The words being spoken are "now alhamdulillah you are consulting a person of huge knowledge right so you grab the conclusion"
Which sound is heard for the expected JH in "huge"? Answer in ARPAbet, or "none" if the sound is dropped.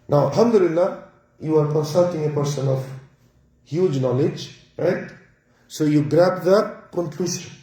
JH